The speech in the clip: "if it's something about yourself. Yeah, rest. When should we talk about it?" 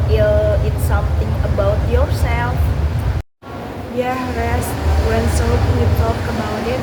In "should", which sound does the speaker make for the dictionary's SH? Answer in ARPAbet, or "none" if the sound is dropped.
S